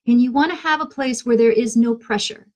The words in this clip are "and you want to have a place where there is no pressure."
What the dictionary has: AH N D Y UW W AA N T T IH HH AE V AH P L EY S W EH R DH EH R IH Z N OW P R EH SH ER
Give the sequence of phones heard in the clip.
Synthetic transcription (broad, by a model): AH N Y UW W AA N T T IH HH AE V AH P L EY S W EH R DH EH R IH Z N OW P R EH SH ER